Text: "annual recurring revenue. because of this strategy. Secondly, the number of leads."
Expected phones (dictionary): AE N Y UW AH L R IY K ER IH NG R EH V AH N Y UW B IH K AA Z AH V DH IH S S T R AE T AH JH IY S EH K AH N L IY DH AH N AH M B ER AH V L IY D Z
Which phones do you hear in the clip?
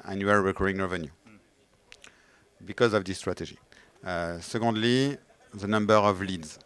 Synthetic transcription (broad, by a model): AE N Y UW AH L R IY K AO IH NG R EH V AH N Y UW B IH K AA Z AH V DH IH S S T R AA T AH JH IY S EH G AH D L IY DH AH N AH M B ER AH V L IY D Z